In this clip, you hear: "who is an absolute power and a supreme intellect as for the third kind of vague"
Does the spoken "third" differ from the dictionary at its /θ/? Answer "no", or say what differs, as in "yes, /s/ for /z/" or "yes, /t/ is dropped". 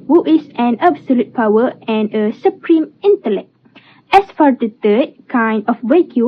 yes, /t/ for /θ/